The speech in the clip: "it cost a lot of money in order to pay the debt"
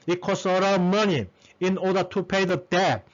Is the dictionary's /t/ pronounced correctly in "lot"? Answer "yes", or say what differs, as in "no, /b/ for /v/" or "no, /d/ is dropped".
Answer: no, /t/ is dropped